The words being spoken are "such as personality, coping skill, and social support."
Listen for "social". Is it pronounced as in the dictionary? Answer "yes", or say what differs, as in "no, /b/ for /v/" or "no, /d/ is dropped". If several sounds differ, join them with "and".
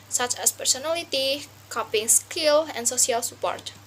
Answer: no, /s/ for /ʃ/